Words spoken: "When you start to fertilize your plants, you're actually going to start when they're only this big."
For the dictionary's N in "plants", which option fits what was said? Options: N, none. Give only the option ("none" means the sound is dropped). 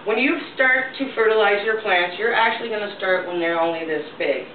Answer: N